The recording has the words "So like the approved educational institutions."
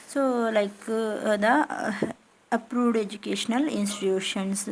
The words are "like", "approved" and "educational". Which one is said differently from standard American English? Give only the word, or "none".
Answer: none